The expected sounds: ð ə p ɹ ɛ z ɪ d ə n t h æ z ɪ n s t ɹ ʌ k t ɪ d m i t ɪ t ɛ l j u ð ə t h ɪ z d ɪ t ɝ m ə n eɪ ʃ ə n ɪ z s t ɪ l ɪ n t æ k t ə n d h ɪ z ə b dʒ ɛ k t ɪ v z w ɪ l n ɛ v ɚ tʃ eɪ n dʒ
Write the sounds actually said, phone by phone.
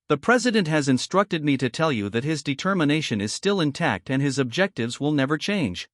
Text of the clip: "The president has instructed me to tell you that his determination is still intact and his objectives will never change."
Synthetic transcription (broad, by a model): ð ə p ɹ ɛ z ɪ d ə n t h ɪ z ɪ n s t ɹ ʌ k t ɪ d m i t ɪ t ɛ l j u ð ə t h ɪ z d ɪ t ɝ m ə n eɪ ʃ ə n ɪ z s t ɪ l ɪ n t æ k t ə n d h ɪ z ə b dʒ ɛ k t ɪ v z w ɪ l n ɛ v ɚ tʃ eɪ n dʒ